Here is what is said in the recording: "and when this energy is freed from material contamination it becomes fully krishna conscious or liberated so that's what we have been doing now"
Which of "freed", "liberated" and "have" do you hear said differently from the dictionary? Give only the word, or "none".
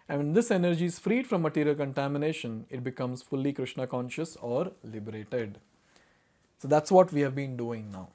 none